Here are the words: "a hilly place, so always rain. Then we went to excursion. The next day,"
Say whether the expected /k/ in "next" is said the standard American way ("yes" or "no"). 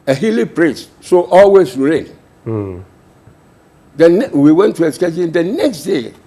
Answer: yes